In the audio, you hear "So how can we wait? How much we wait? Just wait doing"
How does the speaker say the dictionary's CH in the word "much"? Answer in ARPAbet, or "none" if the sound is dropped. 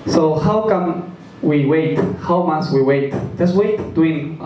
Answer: S